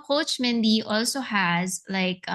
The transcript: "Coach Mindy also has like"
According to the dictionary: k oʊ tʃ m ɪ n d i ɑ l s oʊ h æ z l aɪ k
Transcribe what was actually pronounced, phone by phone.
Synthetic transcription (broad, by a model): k oʊ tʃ m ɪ n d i ɑ l s oʊ h æ z l aɪ k